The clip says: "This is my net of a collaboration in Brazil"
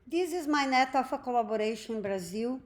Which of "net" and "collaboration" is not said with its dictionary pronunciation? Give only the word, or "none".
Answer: collaboration